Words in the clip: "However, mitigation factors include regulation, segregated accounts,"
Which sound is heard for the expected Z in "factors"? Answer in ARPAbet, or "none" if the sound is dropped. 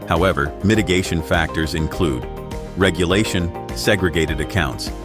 Z